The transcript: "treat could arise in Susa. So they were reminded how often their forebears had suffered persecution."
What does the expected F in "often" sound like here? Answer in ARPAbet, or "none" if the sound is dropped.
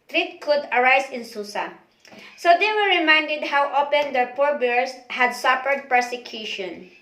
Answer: P